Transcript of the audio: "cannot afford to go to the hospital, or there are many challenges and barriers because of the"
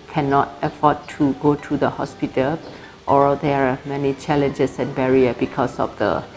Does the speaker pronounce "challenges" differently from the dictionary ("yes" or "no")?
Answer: yes